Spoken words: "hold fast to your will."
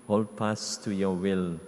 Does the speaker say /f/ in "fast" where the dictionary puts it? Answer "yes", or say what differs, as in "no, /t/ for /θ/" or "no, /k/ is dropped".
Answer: no, /p/ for /f/